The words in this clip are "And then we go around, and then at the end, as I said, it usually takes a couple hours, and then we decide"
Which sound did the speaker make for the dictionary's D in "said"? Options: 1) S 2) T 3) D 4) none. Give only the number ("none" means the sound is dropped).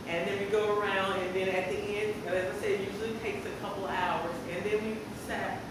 4